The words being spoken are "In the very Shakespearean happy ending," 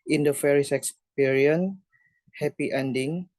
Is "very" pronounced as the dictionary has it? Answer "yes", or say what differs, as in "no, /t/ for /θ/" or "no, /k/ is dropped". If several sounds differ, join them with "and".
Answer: no, /f/ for /v/